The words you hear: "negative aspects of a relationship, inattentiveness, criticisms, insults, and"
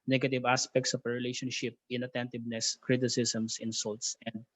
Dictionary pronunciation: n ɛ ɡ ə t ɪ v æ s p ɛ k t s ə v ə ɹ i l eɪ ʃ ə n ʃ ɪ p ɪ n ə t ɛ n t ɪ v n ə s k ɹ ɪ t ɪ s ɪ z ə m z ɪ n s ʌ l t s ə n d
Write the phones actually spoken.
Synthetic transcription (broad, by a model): n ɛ ɡ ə t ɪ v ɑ s p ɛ k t s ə p ə ɹ i l eɪ ʃ ə n ʃ ɪ p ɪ n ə t ɛ n t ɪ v n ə s k ɹ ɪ t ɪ s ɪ s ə m s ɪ n s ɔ l t s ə n d